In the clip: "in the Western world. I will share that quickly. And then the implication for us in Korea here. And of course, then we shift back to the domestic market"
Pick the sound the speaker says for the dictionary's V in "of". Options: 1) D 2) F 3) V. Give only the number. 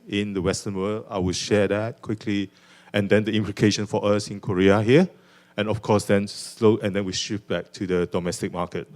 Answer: 2